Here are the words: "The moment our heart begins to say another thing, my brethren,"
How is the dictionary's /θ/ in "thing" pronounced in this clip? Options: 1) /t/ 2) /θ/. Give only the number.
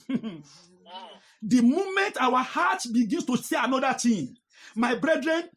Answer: 1